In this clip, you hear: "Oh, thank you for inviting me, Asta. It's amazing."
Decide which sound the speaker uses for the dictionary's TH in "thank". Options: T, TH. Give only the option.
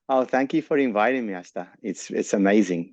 TH